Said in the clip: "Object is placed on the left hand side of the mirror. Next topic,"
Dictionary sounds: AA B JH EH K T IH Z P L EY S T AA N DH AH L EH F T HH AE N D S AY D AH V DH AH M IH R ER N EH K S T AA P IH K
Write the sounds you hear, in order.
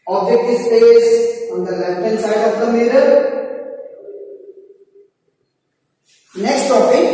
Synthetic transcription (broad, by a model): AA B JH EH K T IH S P EY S AA N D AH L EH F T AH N S AY D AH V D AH M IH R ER N EH K S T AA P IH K